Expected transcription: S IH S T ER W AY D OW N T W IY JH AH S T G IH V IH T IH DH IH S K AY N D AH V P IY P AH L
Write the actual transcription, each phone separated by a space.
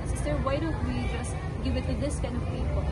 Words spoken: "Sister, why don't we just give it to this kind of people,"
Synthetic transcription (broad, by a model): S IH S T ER W AY D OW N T W IY JH AH S T G IH V IH T IH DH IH S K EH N AH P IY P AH